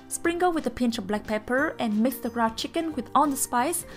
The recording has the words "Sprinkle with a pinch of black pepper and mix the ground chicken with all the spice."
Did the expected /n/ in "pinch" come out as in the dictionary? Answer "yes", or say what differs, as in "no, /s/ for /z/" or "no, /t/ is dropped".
yes